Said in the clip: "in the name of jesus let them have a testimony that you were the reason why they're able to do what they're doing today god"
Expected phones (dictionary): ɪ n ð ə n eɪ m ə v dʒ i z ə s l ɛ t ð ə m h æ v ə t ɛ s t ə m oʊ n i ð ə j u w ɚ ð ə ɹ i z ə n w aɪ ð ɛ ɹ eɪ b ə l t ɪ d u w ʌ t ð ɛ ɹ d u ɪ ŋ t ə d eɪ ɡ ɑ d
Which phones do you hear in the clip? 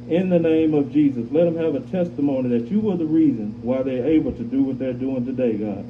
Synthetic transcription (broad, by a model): ɪ n ð ə n eɪ m ə v dʒ i z ə s l ɛ t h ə m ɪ v ə t ɛ s t ə m oʊ n i ð ə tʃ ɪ w ɚ ð ə ɹ i z ə n w aɪ ð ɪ ɹ eɪ b l t ɪ d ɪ w ʌ t ð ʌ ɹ d u ɪ ŋ t ə d eɪ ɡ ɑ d